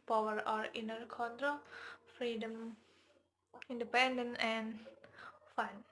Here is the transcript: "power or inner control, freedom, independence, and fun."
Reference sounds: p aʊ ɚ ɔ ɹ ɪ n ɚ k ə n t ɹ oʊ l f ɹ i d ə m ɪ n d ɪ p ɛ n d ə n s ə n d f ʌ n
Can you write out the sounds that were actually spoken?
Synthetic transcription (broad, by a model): p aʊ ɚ ɔ ɹ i n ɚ k ə n t ɹ oʊ l f ɹ i d ə m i n d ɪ p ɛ n d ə n ə n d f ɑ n